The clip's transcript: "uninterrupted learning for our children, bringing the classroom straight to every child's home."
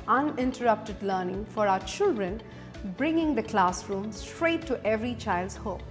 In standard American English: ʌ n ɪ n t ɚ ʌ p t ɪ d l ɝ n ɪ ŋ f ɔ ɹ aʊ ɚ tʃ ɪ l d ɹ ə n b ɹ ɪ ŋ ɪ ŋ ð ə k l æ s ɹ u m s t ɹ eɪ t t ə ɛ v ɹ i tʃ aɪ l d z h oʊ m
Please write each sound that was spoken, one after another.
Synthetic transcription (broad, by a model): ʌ n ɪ n t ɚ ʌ p t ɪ d l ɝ n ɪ ŋ f ɔ ɹ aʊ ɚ tʃ ɪ l d ɹ ə n b ɹ ɪ ŋ ɪ ŋ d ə k l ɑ s ɹ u m s t ɹ eɪ t t ɛ v ɹ i tʃ aɪ l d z h oʊ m